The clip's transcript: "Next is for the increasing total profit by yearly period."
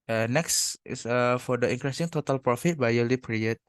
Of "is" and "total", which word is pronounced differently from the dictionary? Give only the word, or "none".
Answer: is